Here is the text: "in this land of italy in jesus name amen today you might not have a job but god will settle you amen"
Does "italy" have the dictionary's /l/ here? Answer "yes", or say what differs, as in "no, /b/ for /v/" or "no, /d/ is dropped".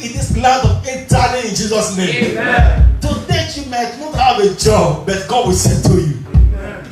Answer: no, /n/ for /l/